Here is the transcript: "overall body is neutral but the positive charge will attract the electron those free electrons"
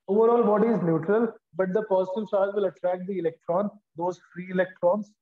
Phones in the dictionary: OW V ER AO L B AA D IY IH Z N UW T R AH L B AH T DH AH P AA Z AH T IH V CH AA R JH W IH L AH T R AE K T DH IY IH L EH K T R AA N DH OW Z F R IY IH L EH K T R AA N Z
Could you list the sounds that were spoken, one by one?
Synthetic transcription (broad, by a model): OW V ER AO L B AA D IY IH Z N UW T R AH L B AH T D AH P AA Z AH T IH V S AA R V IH L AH T R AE K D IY IH L EH K T R AA N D OW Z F R IY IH L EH K T R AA N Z